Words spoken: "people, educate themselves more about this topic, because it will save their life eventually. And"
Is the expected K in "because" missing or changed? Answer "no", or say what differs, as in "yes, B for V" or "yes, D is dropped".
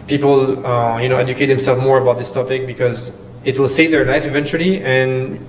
no